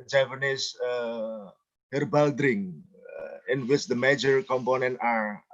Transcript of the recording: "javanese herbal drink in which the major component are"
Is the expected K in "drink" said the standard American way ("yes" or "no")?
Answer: no